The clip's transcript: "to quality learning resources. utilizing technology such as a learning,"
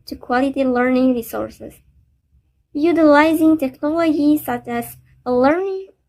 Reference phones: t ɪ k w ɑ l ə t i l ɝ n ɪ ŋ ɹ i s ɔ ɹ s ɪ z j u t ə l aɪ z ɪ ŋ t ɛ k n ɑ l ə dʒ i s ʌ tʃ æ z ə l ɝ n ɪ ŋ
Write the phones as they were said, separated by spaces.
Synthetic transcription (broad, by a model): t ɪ k w ɑ l ə t i l ɝ n ɪ ŋ ɹ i s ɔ ɹ s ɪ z j u t ə l aɪ z ɪ ŋ t ɛ k n ɑ l ə dʒ i s ʌ tʃ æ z ə l ɝ n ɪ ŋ